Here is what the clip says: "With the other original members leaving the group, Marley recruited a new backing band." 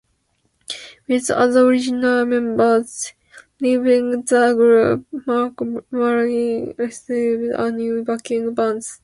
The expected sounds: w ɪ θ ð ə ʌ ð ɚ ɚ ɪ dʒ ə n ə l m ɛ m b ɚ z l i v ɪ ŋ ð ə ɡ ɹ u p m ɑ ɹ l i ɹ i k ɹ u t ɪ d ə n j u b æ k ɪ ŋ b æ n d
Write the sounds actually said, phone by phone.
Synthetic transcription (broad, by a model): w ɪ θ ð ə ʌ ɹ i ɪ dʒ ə n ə l m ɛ m b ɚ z l i v ɪ ŋ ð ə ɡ ɹ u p m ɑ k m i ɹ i ɹ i s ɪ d ə n j u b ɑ k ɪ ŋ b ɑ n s